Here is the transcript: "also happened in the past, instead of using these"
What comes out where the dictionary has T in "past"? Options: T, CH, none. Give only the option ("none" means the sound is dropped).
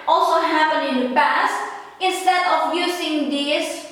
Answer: T